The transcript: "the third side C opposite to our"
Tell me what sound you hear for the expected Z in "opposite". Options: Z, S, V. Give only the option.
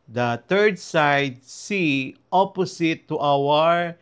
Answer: S